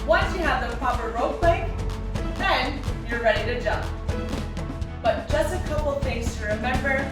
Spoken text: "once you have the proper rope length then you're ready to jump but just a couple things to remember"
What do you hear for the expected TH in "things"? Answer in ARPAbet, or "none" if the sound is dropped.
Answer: F